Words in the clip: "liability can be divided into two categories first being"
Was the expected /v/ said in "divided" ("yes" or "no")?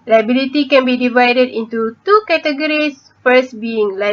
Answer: yes